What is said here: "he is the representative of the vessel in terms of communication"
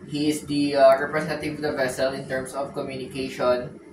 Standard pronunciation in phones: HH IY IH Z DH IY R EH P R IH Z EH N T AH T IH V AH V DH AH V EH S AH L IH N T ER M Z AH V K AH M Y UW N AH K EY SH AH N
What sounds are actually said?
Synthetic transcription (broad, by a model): HH IY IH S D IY R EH P R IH S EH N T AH T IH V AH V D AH V EH S AH L IH N T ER M S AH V K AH M Y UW N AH K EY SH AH N